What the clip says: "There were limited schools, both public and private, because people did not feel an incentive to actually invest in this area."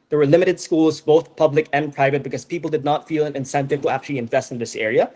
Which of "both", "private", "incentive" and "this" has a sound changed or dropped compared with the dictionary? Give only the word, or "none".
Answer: none